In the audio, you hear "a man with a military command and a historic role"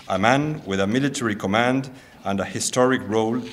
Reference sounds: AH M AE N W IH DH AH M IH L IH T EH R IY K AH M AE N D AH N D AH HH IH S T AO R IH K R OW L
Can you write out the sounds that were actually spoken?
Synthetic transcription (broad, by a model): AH M AE N W IH DH AH M IH L IH T EH R IY K AH M AE N D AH N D AH HH IH S T AO R IH K R OW L